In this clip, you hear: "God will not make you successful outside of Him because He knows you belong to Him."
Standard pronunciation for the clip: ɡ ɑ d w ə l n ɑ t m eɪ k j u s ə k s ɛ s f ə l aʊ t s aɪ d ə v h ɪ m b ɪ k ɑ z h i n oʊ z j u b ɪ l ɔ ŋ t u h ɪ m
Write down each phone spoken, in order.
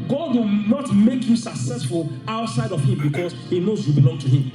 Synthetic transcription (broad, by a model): ɡ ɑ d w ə n ɑ t m eɪ k j u s ə k s ɛ s f ə l aʊ t s aɪ d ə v h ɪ m b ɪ k ɑ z h i n oʊ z j u b ɪ l ɔ ŋ t u h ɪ m